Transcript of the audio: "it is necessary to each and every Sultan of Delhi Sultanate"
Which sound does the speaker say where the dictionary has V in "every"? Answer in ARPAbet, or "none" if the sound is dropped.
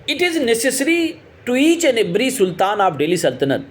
B